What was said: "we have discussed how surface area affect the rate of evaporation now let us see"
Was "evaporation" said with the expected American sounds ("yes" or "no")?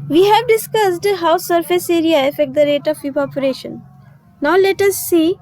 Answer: no